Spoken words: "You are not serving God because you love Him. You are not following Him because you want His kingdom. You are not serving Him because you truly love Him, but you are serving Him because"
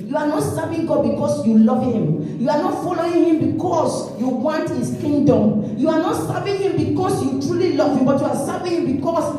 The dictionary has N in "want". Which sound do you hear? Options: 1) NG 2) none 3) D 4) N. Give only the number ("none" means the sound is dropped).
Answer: 4